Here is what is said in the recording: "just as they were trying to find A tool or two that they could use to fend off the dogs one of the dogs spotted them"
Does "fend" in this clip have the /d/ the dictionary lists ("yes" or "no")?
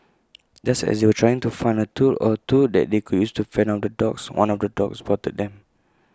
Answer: no